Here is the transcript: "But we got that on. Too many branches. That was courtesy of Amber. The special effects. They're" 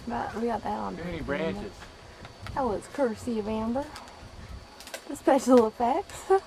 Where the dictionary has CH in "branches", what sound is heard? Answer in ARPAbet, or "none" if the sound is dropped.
none